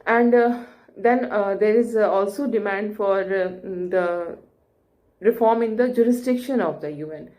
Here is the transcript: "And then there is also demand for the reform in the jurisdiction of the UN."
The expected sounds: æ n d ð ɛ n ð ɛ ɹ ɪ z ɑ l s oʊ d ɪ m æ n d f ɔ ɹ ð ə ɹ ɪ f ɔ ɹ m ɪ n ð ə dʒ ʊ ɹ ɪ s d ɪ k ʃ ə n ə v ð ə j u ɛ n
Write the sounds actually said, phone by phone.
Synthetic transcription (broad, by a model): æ n d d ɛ n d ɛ ɹ ɪ z ɑ l s oʊ d ɪ m æ n d f ɔ ɹ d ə ɹ ɪ f ɔ ɹ m ɪ n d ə dʒ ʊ ɹ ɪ s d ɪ k ʃ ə n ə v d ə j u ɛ n